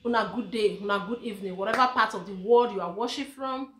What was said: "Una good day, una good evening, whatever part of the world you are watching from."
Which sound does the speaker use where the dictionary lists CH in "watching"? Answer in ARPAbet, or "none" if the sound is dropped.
SH